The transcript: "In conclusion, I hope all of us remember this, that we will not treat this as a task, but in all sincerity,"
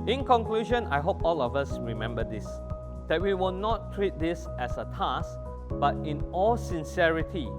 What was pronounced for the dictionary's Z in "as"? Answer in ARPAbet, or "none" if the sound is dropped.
S